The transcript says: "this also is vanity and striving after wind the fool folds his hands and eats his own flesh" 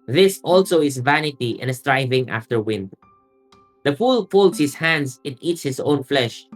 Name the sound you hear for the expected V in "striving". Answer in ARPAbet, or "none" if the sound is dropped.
V